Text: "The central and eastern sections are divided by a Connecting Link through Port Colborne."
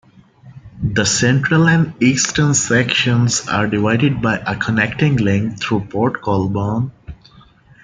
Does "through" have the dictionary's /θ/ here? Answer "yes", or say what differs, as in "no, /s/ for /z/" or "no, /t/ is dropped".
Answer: no, /t/ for /θ/